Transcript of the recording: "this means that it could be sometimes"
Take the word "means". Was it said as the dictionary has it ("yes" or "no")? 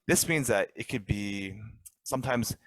yes